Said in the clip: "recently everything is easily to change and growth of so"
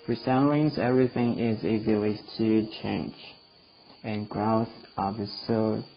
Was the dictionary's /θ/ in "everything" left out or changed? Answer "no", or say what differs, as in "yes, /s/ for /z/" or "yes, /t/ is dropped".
no